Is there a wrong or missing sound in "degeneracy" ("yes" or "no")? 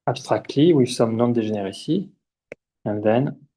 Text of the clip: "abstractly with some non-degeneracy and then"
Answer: yes